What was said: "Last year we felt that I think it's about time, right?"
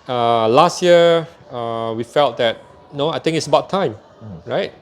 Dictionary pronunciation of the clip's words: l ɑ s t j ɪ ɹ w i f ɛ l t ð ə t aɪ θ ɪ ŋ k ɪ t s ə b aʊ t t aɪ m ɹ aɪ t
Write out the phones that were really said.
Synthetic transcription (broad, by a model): l ɑ s t j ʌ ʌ w i f ɛ l t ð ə t aɪ t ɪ ŋ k ɪ t s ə b aʊ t t aɪ m ɹ aɪ t